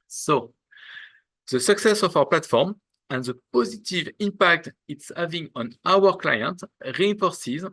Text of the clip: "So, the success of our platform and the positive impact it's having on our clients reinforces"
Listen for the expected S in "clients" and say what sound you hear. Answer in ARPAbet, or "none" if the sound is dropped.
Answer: none